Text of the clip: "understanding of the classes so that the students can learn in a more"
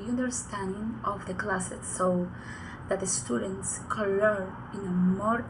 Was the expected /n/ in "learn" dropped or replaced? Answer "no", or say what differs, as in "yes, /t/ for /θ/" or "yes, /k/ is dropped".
yes, /n/ is dropped